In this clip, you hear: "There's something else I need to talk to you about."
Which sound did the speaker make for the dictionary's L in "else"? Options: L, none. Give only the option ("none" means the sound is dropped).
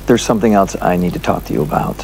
L